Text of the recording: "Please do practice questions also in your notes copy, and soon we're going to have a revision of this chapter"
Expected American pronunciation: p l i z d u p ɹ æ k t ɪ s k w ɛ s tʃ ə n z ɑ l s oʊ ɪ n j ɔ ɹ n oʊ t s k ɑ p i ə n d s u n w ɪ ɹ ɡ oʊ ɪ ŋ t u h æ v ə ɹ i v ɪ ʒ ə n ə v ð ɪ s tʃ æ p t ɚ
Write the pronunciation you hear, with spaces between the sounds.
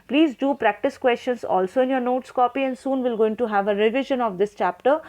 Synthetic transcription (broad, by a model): p l i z d u p ɹ æ k t ɪ s k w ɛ s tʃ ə n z ɑ l s oʊ ɪ n j ɔ ɹ n oʊ t s k ɑ p i ə n d s u n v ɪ l ɡ oʊ ɪ ŋ t u h æ v ə ɹ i v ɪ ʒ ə n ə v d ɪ s tʃ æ p t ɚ